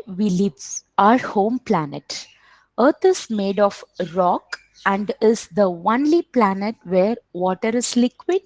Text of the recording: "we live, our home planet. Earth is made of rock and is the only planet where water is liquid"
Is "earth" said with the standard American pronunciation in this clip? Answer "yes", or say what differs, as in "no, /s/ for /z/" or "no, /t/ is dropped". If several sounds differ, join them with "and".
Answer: no, /t/ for /θ/